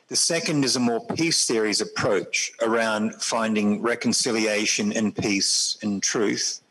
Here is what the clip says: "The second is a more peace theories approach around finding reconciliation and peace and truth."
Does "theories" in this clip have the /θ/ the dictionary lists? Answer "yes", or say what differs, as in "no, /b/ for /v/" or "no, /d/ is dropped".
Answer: yes